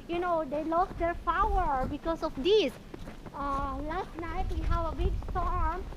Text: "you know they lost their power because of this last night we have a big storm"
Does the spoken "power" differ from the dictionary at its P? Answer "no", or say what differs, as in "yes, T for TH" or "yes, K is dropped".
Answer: yes, F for P